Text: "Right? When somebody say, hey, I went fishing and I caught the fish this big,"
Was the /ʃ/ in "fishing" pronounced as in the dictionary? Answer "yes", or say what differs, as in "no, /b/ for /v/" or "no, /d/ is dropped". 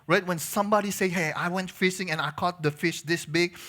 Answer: no, /s/ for /ʃ/